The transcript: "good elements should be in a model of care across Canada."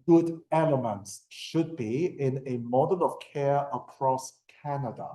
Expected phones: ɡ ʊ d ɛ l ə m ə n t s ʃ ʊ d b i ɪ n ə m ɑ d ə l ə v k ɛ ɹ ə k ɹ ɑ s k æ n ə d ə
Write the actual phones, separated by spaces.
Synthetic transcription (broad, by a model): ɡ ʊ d ɛ l ə m ə n t s ʃ ʊ d b i ɪ n ə m ɑ d ə l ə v k ɛ ɹ ə k ɹ ɑ s k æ n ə d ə